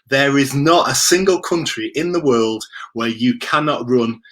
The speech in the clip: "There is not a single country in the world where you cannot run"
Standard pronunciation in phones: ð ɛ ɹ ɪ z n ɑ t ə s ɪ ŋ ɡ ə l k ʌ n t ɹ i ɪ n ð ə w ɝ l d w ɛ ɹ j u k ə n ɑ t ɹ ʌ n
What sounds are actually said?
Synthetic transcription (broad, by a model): ð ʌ ɹ ɪ z n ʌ t ə s ɪ ŋ ɡ ə l k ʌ n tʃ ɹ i ɪ n ð ə w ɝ l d w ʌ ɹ j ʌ k ə n ɑ t ɹ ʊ n